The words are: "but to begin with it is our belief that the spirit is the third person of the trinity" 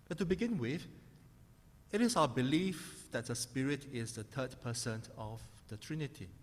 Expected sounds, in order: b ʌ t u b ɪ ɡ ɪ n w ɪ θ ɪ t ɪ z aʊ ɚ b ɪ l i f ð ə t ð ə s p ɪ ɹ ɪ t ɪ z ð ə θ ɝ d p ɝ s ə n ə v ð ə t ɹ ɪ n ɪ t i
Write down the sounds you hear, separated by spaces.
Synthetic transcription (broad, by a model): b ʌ t u b ɪ ɡ ɪ n w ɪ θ ɪ t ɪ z aʊ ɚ b ɪ l i f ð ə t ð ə s p ɪ ɹ ɪ t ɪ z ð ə t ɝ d p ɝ s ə n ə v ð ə t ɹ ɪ n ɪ t i